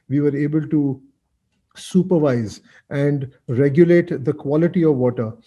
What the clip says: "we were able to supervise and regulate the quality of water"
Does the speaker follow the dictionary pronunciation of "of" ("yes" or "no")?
yes